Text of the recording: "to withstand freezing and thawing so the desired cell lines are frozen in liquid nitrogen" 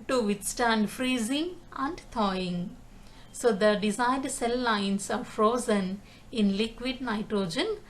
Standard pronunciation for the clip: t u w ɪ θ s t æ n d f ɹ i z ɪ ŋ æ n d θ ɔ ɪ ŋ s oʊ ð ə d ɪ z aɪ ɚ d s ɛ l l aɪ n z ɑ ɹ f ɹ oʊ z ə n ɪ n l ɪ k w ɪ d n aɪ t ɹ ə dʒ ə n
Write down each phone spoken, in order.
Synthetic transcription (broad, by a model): t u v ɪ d s t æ n d f ɹ i z ɪ ŋ æ n d t ɔ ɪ ŋ s oʊ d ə d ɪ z aɪ d s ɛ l l aɪ n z ɑ ɹ f ɹ oʊ z ə n ɪ n l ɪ k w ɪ d n aɪ t ɹ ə dʒ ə n